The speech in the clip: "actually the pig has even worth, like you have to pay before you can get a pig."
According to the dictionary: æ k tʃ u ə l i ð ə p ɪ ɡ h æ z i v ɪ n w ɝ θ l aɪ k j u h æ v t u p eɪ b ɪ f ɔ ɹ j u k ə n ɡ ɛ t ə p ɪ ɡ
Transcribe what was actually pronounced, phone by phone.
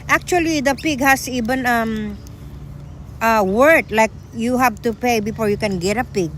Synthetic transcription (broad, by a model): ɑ k tʃ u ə l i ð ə p ɪ ɡ h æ s i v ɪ n w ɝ t l aɪ k j u h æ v t u p eɪ b ɪ f ɔ ɹ j u k ə n ɡ ɛ t ə p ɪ ɡ